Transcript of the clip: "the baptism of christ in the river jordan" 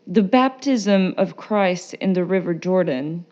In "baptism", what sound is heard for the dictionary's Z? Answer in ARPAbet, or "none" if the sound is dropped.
Z